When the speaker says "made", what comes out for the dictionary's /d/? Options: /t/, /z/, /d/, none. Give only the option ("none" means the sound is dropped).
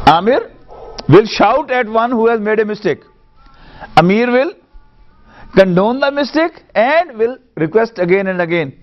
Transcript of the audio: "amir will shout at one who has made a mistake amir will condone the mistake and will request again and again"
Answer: /d/